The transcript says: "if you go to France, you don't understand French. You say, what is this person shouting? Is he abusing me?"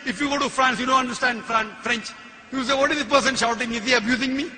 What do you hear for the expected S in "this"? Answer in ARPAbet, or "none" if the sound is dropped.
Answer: none